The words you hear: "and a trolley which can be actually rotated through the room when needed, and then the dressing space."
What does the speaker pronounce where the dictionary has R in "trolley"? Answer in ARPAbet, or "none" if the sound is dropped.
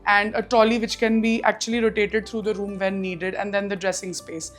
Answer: none